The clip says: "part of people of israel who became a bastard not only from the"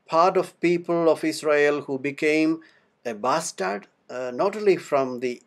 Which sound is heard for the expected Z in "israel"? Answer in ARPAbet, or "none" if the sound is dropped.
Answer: S